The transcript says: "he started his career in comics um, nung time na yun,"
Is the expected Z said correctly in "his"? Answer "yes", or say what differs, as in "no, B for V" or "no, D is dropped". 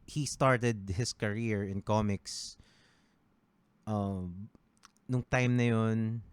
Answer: no, S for Z